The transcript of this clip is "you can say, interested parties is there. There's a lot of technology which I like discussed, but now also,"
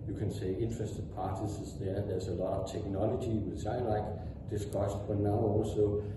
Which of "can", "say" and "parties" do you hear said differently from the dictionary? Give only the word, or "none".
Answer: parties